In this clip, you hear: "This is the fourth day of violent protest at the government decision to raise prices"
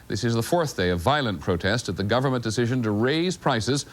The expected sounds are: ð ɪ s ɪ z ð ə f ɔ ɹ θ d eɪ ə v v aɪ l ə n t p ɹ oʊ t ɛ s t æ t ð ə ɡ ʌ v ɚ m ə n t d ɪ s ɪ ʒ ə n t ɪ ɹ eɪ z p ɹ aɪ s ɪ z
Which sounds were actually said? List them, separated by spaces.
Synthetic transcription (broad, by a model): ð ɪ s ɪ z ð ə f ɔ ɹ θ d eɪ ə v v aɪ l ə n p ɹ oʊ t ɛ s t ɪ t ð ə ɡ ʌ v ɚ m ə n d ɪ s ɪ ʒ ə n t ɪ ɹ eɪ z p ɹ aɪ s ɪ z